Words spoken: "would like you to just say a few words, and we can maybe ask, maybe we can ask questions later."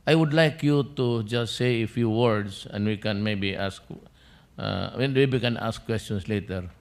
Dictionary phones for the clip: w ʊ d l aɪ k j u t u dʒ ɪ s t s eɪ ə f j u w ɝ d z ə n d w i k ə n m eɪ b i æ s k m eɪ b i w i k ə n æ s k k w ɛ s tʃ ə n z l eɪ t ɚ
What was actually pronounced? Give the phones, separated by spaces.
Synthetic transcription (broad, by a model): w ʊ d l aɪ k j u t u dʒ ɪ s t s eɪ ə f j u w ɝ d s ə n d w i k ə n m eɪ b i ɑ s k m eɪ b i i k ə n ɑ s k k w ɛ s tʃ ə n s l eɪ t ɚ